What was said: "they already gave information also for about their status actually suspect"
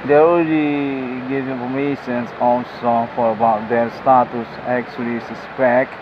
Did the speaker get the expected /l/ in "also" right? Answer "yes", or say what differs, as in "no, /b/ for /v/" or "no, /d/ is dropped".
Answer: no, /n/ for /l/